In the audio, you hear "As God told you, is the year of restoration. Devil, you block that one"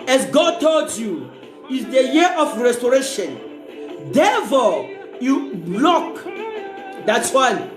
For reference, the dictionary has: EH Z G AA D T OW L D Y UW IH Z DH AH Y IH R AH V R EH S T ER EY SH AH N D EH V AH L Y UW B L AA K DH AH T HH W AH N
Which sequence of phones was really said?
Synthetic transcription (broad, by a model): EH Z G AA D T OW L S Y UW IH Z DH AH Y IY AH F R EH S T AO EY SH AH N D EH F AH Y UW B L AA K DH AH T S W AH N